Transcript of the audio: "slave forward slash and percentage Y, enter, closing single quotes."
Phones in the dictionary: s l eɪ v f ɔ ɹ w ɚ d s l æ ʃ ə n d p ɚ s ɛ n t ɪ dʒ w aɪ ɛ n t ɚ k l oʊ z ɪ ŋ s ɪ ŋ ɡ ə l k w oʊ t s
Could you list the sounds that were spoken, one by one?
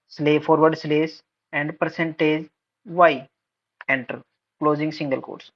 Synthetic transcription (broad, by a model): s l eɪ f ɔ ɹ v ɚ d s l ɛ s ə n d p ɚ s ɛ n t ɪ dʒ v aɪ ɛ n t ɚ k l oʊ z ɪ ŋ s ɪ ŋ ɡ ə l k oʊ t s